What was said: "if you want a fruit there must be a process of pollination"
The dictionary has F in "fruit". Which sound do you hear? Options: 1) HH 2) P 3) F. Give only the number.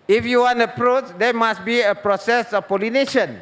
2